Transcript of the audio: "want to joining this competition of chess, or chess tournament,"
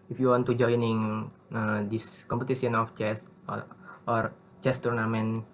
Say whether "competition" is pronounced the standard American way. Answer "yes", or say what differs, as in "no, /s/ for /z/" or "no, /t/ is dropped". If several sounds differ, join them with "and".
no, /s/ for /ʃ/